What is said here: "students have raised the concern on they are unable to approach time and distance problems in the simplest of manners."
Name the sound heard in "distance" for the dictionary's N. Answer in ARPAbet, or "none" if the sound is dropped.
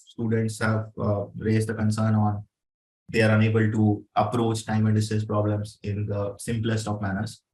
none